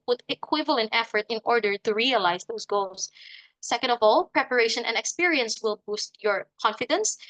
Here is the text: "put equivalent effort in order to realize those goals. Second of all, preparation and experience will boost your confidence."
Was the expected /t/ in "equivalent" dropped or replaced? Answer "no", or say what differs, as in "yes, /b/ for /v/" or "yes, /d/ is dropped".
no